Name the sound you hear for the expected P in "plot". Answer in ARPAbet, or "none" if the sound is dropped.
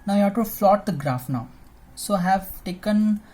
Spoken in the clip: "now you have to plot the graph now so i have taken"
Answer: F